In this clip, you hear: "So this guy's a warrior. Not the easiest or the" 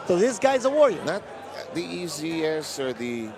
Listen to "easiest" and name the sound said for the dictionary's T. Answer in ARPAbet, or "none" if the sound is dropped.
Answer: none